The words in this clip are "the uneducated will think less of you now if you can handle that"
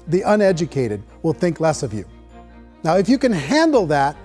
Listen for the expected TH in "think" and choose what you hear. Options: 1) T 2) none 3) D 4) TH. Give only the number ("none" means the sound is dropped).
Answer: 4